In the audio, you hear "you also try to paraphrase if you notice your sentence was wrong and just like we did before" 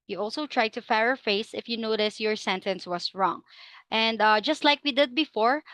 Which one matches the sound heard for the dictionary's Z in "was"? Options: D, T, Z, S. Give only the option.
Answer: S